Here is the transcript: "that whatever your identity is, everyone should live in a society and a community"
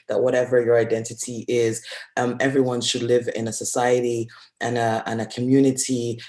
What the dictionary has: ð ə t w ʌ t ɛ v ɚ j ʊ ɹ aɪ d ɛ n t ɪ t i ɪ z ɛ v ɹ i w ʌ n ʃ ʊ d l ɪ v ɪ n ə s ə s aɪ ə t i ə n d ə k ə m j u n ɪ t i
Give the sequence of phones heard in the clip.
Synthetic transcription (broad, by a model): ð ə t w ʌ t ɛ v ɚ j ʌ ɹ aɪ d ɛ n t ɪ t i ɪ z ɛ v ɹ i w ʌ n ʃ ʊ d l ɪ v ɪ n ə s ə s aɪ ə t i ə n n ə k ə m j u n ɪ t i